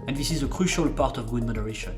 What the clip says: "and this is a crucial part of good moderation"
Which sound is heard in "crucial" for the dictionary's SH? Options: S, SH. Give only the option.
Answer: SH